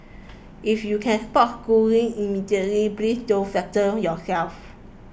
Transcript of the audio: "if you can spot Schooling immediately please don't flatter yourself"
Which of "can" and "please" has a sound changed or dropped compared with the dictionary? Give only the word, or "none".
please